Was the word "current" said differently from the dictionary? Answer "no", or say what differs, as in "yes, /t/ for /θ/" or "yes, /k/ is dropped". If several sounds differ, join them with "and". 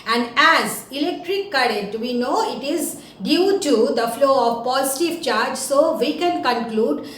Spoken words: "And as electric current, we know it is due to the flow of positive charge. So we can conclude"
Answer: yes, /n/ is dropped